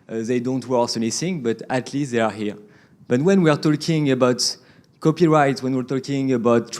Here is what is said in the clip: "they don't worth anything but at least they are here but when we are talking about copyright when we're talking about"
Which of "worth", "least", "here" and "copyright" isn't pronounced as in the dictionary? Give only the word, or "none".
worth